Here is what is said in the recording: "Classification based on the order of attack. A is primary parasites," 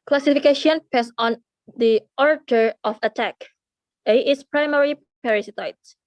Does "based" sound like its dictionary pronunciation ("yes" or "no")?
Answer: no